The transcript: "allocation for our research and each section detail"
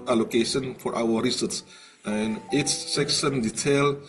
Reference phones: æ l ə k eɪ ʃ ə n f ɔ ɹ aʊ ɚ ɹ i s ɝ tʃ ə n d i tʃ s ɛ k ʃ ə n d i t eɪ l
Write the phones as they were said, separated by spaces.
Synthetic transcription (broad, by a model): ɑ l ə k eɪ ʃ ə n f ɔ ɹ aʊ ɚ ɹ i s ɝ s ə n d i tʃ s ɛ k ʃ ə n d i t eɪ l